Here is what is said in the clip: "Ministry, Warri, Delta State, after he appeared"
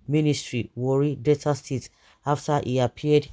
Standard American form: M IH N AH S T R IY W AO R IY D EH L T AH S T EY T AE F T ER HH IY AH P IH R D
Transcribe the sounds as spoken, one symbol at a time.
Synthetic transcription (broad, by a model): M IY N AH S T R IY W AO R IY D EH T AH S T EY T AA F T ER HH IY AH P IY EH D